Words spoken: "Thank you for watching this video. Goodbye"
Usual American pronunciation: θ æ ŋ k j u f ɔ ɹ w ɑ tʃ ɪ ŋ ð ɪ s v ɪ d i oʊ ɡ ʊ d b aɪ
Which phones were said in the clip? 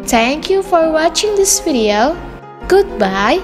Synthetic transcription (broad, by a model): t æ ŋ k j u f ɔ ɹ w ɑ tʃ ɪ ŋ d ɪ s f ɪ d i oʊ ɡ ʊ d b aɪ